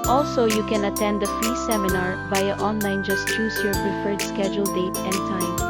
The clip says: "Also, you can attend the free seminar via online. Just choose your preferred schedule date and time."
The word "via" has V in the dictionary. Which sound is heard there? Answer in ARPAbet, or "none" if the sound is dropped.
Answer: B